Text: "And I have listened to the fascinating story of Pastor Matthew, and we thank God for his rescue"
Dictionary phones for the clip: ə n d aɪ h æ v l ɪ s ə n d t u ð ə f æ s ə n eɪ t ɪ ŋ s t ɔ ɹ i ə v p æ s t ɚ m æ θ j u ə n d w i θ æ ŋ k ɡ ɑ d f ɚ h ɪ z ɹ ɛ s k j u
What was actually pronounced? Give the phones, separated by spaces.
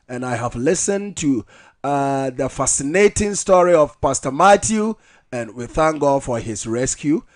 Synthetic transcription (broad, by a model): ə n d aɪ h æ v l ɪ s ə n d t u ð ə f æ s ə n eɪ t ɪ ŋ s t ɔ ɹ i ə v p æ s t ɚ m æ t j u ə n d w i θ æ ŋ k ɡ ɑ d f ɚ h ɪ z ɹ ɛ s k j u